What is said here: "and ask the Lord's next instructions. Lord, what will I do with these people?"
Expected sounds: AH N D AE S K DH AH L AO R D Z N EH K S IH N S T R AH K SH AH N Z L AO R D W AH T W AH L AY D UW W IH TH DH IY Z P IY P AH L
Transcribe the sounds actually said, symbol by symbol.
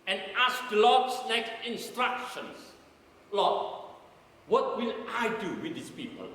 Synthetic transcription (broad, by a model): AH N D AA S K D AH L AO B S N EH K IH N S T R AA K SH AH N S L AO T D W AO T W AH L AY D UW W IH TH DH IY S P IY P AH L